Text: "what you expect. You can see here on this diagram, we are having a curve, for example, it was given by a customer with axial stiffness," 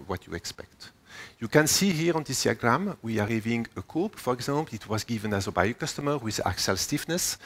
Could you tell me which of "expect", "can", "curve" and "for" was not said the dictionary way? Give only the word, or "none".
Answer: curve